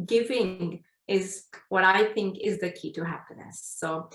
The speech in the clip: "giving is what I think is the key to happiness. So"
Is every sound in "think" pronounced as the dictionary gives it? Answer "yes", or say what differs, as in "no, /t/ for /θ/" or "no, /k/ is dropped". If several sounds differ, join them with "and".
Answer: yes